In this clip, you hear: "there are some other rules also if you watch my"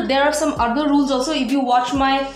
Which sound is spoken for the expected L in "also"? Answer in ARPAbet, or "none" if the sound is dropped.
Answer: none